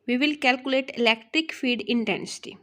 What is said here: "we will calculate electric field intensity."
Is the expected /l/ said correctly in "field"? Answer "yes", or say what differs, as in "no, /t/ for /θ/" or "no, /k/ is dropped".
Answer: no, /l/ is dropped